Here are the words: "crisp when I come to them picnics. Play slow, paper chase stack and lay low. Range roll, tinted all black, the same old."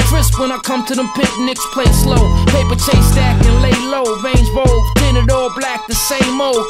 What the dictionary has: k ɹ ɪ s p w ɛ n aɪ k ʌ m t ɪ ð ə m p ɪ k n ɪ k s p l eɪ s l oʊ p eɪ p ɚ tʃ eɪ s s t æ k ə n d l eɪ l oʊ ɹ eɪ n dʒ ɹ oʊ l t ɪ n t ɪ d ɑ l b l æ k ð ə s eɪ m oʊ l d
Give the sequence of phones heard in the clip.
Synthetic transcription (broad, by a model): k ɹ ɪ s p w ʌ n aɪ k ʌ m t ɪ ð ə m p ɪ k n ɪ k s p l eɪ s l oʊ p eɪ p ɚ tʃ eɪ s s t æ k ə n l eɪ l oʊ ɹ eɪ n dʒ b oʊ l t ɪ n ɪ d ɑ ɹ b l æ k ð ə s eɪ m oʊ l